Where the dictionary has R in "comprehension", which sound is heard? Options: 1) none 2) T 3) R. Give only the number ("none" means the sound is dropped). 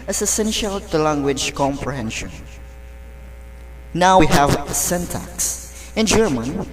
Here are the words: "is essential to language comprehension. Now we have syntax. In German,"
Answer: 3